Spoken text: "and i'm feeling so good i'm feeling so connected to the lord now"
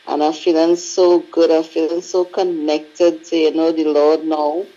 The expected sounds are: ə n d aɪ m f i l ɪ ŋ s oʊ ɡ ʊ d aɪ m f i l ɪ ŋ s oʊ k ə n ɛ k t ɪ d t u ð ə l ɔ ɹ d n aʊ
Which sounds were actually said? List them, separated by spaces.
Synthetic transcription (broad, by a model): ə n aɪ f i l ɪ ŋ s oʊ ɡ ʊ d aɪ f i l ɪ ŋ s oʊ k ə n ɛ k t ɪ d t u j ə n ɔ l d n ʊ